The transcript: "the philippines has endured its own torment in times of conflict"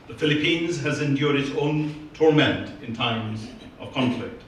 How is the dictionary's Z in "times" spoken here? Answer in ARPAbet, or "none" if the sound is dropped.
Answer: Z